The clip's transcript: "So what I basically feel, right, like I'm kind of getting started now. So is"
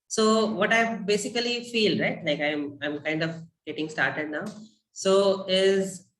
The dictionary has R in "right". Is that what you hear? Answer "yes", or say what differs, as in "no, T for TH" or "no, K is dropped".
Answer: yes